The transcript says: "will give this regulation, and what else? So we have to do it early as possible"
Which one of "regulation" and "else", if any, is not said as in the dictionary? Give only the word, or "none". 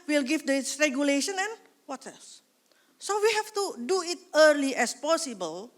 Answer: else